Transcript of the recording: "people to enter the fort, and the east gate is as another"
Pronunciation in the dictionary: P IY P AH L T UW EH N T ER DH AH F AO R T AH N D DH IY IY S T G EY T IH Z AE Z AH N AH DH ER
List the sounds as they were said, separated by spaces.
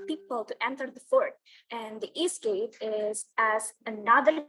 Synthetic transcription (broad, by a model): P IY P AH L T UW EH N T ER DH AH F AO R T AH N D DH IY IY S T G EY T IH Z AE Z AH N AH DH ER